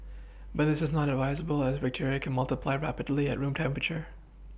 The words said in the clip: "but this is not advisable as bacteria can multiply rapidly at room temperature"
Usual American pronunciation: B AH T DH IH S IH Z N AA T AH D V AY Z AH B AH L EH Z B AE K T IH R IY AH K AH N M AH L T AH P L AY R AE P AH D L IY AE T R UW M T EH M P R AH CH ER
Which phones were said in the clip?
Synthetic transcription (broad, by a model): B AH T DH IH S IH Z N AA T AH D V AY Z AH B AH L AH Z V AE K T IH R IY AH K AH N M AH L T AH P L AY R AE P AH D L IY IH T R UW M T EH M P R AH CH ER